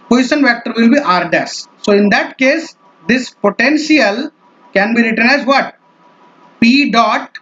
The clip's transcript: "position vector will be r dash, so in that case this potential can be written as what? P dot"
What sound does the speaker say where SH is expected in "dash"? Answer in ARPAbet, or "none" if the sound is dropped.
S